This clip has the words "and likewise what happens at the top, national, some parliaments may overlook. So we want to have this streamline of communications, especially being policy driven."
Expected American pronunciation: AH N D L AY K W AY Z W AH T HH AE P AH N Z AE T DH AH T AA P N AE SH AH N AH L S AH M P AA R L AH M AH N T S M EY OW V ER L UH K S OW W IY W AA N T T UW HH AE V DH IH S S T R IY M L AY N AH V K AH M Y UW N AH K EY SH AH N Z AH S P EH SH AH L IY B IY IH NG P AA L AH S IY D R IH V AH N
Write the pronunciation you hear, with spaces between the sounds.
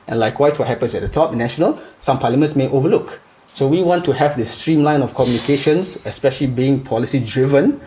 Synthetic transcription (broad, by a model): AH N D L AY K W AY S W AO T HH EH P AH N S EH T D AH T AA P N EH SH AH N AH L S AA M P AA L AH M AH N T S M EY OW V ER L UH K S OW W IY W AA N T T UW HH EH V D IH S S T R IY M L AY N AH F K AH M Y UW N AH K EY SH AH N S AH S P EH SH AH L IY B IY IH NG P AA L AH S IY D R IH V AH N